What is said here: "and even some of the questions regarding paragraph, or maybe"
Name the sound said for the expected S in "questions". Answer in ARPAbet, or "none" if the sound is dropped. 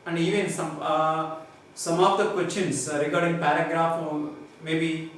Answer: none